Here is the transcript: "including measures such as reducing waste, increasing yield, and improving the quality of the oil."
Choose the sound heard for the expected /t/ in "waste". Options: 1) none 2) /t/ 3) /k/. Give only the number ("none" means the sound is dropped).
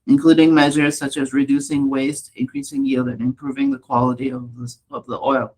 2